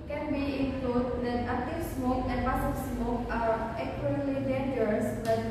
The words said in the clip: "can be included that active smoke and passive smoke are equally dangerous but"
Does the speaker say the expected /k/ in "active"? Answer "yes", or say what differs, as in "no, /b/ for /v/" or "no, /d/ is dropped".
no, /k/ is dropped